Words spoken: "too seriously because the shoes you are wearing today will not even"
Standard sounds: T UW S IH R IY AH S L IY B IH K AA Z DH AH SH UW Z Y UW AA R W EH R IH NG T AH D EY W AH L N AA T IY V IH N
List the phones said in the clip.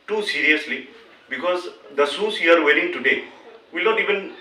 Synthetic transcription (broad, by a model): T UW S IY R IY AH S L IY B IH K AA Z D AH S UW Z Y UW AA R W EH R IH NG T AH D EY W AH L N AA T IY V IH N